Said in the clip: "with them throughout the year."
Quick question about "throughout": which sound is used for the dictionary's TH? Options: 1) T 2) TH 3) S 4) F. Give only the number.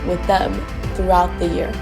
2